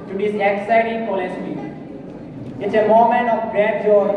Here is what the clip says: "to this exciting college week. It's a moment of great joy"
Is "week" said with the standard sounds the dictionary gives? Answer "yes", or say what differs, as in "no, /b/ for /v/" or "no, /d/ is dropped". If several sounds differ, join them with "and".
no, /k/ is dropped